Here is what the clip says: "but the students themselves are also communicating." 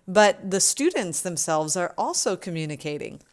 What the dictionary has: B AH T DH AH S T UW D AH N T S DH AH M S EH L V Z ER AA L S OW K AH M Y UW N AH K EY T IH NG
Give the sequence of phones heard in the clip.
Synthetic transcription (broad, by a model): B AH T DH AH S T UW D N T S DH AH M S EH L V Z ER AA L S OW K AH M Y UW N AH K EY T IH NG